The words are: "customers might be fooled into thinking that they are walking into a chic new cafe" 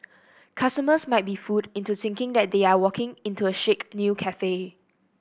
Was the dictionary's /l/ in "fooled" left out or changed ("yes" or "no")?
yes